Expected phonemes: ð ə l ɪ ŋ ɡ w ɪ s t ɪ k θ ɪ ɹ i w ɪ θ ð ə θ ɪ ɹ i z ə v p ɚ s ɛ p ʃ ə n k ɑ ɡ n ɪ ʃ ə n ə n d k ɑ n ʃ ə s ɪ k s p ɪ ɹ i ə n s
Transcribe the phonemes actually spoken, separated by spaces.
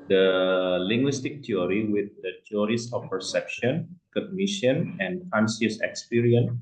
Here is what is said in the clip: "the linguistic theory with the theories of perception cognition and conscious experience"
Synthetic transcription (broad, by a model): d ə l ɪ ŋ ɡ w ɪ s t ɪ k t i ɹ i w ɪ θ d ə t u ɹ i s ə f p ɚ s ɛ p ʃ ə n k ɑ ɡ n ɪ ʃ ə n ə n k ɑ n s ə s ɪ k s p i ɹ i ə n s